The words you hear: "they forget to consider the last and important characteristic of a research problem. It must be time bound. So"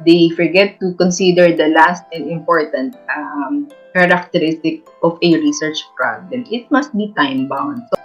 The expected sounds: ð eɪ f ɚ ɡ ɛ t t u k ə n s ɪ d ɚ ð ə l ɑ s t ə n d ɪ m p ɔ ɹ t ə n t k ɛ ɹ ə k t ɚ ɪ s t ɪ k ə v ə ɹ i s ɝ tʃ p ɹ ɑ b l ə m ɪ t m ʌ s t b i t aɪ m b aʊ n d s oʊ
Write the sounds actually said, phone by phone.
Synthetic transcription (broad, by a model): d eɪ f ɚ ɡ ɛ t t u k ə n s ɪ d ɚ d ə l ɑ s t ə n d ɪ m p ɔ ɹ t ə n t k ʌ ɹ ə k t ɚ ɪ s t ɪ k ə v ə ɹ i s ɝ tʃ p ɹ ɑ b l ə m ɪ t m ʌ s t b i t aɪ m b aʊ n d s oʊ